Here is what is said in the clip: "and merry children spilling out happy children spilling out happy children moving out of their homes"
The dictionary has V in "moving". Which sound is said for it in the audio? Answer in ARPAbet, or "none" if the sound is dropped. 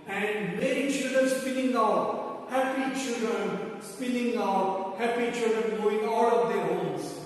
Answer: none